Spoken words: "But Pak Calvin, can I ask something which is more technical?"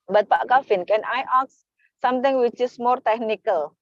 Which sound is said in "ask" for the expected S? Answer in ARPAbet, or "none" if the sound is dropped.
none